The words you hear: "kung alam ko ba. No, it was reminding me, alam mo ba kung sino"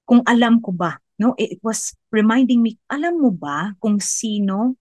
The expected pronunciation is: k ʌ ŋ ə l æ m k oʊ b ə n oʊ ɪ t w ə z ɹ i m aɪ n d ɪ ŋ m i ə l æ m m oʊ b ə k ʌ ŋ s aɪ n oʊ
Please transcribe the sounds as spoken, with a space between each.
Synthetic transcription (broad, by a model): k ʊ ŋ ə l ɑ m k oʊ b ə n oʊ ɪ t w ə s ɹ i m aɪ n d ɪ ŋ m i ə l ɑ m m oʊ b ə k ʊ ŋ s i n oʊ